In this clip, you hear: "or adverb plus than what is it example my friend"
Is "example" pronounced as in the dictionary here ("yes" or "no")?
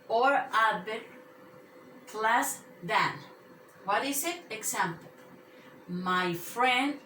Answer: no